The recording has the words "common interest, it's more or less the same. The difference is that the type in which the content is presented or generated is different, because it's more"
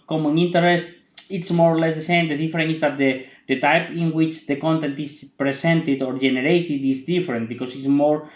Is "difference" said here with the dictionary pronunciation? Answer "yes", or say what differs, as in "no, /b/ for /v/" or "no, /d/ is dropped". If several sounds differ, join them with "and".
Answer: no, /s/ is dropped